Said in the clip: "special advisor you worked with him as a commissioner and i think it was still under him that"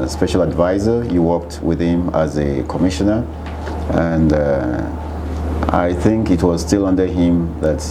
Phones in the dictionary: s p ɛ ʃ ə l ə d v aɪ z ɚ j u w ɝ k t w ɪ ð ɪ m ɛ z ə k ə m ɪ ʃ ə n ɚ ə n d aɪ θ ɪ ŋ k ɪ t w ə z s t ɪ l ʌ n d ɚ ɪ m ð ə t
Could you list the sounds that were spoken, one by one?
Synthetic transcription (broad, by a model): s p ɛ ʃ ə l ə d v aɪ z ɚ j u w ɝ k t w ɪ ð ɪ m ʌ z ə k ə m ɪ ʃ ə n ɚ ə n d aɪ θ ɪ ŋ k ɪ t w ə z s t ɪ l ʌ n d ɚ ɪ m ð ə t